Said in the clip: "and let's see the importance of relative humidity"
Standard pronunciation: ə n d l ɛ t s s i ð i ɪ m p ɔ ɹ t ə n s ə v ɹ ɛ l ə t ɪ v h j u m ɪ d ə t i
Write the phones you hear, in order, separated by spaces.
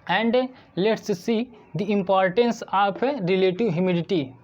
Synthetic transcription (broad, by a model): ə n d l ɛ t s s i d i ɪ m p ɔ ɹ t ə n s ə p ɹ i l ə t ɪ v h j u m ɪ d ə t i